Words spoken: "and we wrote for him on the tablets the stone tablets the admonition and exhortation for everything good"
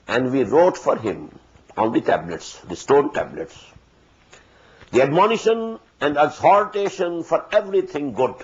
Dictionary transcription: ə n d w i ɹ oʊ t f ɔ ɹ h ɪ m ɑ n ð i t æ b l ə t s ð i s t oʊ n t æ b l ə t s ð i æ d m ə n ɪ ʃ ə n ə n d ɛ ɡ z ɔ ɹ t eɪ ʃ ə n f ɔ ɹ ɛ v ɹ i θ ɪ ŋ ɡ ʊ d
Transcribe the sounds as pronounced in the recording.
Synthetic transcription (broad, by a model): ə n d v i ɹ oʊ t f ɔ ɹ h ɪ m ɑ n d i t æ b l ə t s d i s t oʊ n t æ b l ə t s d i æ d m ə n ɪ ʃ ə n ə n d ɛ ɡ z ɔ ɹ t eɪ ʃ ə n f ɔ ɹ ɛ v ɹ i t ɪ ŋ ɡ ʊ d